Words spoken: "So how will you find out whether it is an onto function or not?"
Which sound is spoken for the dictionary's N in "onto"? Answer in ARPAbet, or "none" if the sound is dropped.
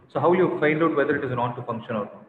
none